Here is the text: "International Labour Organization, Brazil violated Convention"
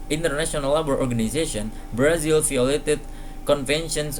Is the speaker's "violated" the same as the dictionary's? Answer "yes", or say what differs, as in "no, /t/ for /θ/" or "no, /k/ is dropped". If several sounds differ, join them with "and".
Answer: no, /f/ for /v/